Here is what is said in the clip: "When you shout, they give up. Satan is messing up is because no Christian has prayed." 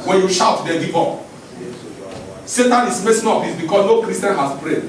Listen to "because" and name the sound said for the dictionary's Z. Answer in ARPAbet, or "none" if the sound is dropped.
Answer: S